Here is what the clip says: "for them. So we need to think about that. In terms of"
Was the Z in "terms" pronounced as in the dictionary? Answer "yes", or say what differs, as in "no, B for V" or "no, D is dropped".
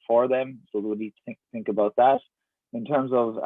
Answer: yes